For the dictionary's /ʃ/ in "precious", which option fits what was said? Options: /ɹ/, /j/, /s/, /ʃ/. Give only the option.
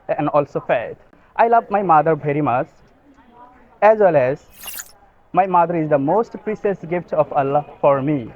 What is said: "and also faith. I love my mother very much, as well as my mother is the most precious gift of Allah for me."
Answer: /s/